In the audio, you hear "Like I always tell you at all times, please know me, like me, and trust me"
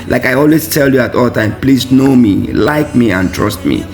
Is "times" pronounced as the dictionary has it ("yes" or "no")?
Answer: no